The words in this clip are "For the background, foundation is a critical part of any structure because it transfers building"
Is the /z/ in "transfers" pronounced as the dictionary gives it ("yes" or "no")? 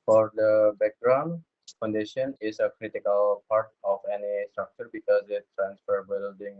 no